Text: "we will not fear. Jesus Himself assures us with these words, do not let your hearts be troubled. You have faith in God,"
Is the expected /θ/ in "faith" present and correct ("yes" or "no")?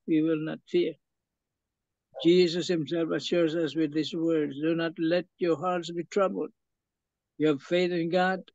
yes